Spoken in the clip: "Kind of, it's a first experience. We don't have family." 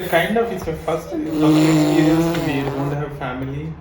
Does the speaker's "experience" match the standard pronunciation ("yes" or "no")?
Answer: no